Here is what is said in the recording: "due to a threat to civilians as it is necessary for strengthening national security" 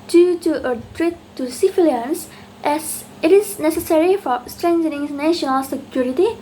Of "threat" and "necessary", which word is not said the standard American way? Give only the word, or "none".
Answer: threat